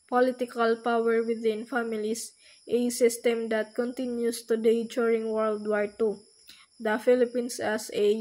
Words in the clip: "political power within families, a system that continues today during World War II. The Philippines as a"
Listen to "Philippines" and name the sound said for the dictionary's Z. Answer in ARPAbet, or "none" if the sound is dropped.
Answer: S